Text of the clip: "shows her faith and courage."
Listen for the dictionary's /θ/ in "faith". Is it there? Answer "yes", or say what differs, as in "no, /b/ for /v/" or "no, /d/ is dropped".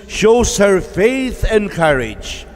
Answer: yes